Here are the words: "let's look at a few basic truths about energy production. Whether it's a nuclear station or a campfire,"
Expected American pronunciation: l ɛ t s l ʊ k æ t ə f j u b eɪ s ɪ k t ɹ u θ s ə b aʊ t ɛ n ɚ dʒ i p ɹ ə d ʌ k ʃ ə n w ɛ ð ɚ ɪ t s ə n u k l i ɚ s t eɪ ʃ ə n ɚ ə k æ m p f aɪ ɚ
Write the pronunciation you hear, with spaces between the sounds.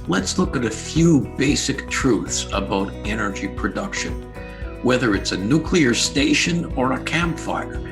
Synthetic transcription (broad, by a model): l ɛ t s l ʊ k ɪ t ə f j u b eɪ s ɪ k t ɹ u θ s ə b aʊ t ɛ n ɚ dʒ i p ɹ ə d ʌ k ʃ ə n w ɛ ð ɚ ɪ t s ə n u k l i ɚ s t eɪ ʃ ə n ɚ ə k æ m p f aɪ ɚ